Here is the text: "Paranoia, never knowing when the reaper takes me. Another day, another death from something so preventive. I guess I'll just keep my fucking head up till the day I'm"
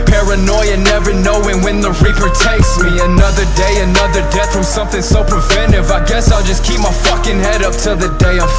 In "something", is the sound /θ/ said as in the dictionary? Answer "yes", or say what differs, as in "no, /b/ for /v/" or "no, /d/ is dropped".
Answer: yes